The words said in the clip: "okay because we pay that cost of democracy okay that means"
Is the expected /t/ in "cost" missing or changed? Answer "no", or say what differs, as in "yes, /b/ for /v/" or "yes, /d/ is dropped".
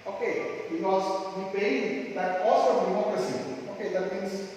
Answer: yes, /t/ is dropped